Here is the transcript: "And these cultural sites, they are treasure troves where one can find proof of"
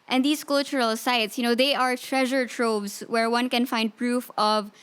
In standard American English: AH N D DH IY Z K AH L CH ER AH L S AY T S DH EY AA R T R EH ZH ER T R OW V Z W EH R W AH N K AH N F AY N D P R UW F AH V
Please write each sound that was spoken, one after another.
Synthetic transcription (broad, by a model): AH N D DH IY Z K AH L CH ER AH L S AY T S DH EY AA R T R EH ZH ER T R OW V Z W EH R W AH N K AH N F AY N D P R UW F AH V